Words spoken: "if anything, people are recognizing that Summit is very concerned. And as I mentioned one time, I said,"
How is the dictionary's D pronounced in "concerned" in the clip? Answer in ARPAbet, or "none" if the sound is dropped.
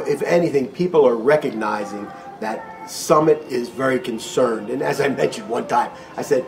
D